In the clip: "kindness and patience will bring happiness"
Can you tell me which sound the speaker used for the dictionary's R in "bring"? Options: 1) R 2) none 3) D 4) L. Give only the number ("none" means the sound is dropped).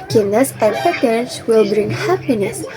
1